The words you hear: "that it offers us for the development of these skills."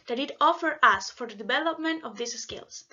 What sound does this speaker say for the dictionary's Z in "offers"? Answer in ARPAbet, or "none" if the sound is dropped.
none